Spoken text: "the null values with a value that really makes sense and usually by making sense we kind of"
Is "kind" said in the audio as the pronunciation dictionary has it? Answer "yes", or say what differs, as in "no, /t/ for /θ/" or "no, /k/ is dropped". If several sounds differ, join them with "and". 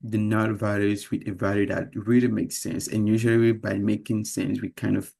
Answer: yes